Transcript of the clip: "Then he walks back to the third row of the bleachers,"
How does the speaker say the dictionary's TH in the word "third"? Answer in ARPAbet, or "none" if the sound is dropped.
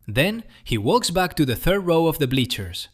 TH